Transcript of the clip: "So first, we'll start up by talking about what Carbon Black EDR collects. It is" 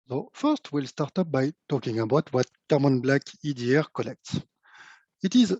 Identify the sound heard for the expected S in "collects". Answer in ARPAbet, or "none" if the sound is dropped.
S